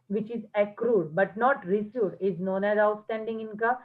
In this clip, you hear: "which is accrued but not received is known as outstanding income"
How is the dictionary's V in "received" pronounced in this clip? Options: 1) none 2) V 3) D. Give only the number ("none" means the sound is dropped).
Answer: 1